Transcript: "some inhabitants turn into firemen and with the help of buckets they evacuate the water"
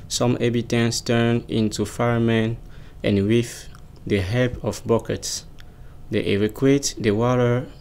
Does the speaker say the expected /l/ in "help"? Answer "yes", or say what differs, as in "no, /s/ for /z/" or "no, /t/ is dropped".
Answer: no, /l/ is dropped